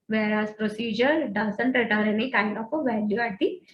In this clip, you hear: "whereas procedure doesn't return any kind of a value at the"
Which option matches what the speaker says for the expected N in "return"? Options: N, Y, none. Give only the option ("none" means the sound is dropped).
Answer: none